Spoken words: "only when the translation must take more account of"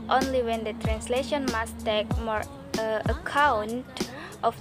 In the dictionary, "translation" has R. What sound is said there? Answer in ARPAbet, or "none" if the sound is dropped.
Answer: R